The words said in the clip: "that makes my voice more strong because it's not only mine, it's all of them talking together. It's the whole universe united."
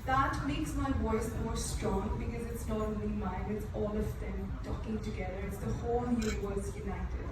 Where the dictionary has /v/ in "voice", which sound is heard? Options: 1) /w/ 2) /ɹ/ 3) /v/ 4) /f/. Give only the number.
1